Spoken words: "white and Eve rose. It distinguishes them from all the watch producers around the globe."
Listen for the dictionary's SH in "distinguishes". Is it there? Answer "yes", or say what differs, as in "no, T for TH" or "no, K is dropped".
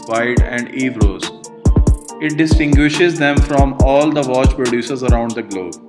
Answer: yes